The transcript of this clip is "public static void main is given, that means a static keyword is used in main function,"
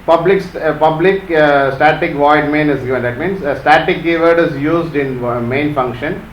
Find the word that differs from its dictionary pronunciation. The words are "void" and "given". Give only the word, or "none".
none